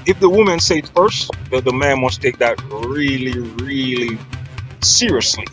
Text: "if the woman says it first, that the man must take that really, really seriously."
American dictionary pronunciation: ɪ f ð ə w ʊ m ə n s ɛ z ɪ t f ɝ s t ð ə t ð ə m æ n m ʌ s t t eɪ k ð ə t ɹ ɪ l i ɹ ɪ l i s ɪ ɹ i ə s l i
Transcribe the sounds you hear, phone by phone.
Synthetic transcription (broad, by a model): ɪ f ð ə w ʊ m ə n s ɛ ɪ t f ɝ s t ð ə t ð ə m æ n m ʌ s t t eɪ k ð ə t ɹ ɪ l i ɹ ɪ l i s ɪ ɹ i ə s l i